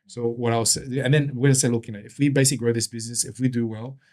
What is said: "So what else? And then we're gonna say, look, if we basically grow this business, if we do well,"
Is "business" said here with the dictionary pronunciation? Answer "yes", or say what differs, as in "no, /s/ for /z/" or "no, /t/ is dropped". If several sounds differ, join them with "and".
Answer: yes